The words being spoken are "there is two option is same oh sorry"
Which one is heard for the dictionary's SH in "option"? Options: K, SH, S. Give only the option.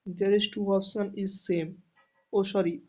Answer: S